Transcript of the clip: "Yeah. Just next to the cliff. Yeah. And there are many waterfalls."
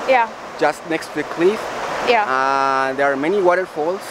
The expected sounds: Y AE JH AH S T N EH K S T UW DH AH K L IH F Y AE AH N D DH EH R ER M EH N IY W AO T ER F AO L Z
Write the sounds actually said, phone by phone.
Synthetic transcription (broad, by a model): Y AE JH AH S T N EH K S T UW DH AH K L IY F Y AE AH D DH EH R M EH N IY W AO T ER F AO L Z